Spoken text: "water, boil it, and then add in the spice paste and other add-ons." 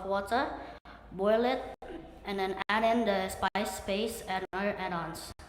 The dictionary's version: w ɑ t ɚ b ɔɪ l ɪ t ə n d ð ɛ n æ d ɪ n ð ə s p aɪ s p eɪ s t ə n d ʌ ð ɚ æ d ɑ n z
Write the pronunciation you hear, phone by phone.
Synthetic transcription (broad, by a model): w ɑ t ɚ b ɔɪ l ɪ t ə n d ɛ n æ d ɪ n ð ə s p aɪ s p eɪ s ə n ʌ ɚ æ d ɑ n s